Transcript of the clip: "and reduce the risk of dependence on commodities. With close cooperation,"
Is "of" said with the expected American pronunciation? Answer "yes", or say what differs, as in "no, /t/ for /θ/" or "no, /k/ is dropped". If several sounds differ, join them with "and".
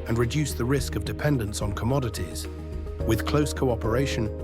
yes